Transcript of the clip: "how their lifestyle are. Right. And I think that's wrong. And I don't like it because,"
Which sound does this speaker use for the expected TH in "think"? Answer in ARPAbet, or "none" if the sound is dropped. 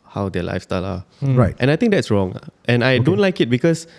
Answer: T